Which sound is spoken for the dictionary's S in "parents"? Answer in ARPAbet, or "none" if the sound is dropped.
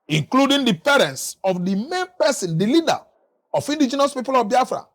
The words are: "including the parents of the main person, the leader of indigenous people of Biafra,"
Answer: S